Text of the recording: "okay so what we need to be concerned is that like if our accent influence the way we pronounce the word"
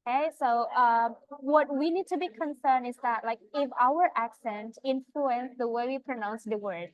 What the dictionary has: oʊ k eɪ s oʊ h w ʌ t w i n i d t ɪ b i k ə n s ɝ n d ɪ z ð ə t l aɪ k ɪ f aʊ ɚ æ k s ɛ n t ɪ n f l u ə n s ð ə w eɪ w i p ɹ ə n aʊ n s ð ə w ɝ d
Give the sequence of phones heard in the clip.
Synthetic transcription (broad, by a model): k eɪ s oʊ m w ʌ t w i n i d t ɪ b i k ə n s ɝ n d ɪ z ð ə t l aɪ k ɪ f aʊ ɚ æ k s ɛ n t ɪ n f l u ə n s ð ə w eɪ w i p ɹ ə n aʊ n s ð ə w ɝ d